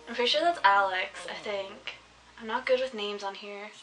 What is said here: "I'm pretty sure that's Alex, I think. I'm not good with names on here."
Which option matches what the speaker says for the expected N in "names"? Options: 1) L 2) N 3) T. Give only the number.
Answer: 2